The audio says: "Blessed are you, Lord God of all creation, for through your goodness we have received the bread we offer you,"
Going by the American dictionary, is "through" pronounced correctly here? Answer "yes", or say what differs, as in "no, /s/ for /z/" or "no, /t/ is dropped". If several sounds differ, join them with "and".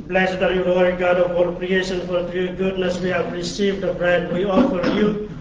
no, /t/ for /θ/